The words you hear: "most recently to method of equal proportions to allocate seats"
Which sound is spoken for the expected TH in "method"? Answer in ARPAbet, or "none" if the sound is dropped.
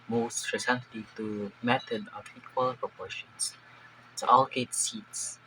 T